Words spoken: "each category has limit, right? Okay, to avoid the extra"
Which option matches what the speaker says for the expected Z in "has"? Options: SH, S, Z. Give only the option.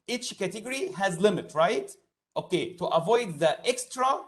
Z